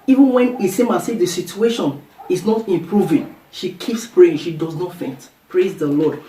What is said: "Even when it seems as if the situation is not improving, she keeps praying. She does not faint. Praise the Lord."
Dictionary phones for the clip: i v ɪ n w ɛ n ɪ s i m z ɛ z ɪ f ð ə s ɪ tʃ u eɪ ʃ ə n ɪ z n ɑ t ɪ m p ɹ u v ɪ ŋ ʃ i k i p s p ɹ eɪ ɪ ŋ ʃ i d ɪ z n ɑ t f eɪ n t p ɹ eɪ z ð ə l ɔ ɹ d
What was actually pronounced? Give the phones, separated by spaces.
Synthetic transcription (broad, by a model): i v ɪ n w ɛ n ɪ s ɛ m ɑ s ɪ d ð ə s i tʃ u eɪ ʃ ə n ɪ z n ɑ t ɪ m p ɹ u v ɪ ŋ ʃ i k i p s p ɹ eɪ ɪ ŋ ʃ i d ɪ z n ɑ t f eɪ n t p ɹ eɪ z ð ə l ɔ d